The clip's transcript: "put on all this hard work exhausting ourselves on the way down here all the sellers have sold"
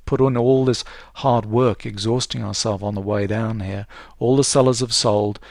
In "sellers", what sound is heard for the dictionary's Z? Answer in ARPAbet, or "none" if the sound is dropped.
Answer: Z